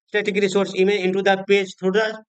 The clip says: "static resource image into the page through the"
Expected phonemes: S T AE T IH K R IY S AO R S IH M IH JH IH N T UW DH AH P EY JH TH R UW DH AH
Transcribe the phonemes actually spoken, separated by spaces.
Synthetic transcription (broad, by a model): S T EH T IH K R IY S AO R S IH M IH IH N T UW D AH P EY JH T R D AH